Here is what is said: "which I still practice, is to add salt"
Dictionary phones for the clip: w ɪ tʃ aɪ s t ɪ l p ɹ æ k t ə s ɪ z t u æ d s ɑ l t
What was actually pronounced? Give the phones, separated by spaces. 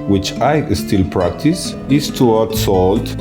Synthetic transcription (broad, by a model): w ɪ tʃ aɪ s t ɪ l p ɹ æ k t ə s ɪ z t u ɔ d s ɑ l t